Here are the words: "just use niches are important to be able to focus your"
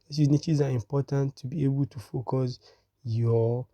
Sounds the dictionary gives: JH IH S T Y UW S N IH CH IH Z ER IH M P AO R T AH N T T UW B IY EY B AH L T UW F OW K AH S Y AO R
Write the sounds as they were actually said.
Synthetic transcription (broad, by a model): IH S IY N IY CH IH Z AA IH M P AO T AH N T T UW B IY EY B AH L T UW F OW K AH S Y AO